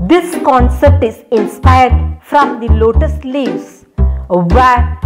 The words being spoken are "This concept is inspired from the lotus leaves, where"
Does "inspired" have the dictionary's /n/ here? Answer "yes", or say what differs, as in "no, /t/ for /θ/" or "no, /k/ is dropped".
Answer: yes